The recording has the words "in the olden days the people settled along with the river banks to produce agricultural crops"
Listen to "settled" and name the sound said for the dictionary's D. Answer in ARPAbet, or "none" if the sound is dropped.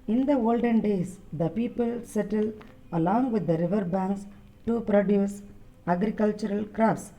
none